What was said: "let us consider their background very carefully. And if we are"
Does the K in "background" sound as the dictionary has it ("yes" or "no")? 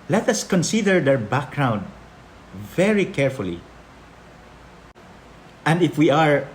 yes